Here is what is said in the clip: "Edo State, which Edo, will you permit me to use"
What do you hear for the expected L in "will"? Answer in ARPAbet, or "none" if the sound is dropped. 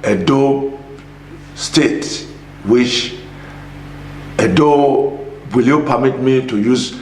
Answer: L